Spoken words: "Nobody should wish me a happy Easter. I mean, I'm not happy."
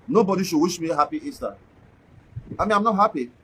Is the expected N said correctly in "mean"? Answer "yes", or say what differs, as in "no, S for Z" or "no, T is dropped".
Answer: no, N is dropped